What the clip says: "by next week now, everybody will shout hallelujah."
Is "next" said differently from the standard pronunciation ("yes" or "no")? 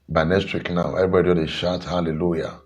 yes